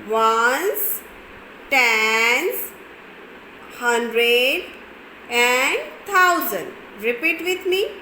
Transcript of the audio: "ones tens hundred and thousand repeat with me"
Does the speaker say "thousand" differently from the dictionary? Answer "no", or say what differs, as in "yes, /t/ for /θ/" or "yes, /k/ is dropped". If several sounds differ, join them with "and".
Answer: yes, /t/ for /θ/